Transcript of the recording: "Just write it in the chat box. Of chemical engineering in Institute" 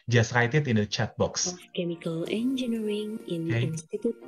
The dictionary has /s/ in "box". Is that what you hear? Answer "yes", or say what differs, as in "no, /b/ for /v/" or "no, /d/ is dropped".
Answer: yes